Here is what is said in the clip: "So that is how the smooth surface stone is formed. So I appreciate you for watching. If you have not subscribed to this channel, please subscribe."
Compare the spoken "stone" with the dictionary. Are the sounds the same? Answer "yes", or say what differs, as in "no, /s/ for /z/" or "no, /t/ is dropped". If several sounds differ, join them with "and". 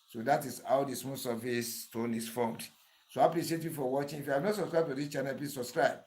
yes